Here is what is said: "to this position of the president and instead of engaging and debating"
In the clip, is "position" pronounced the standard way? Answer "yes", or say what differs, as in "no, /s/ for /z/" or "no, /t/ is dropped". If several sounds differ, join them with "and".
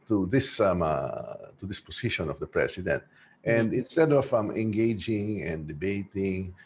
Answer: no, /s/ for /z/